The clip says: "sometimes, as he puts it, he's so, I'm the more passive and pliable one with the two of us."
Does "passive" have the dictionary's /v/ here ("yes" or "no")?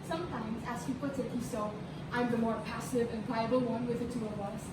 yes